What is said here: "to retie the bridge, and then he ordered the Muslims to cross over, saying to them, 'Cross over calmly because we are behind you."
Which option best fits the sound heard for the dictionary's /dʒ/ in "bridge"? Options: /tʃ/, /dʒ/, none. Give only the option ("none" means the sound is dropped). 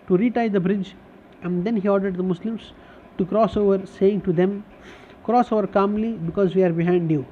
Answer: /dʒ/